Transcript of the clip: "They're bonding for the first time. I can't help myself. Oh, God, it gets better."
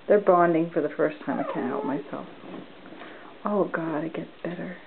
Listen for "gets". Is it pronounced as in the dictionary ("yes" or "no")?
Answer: no